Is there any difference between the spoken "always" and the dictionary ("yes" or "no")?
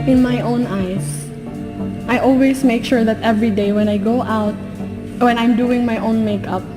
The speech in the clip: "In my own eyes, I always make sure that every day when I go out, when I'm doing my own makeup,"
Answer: yes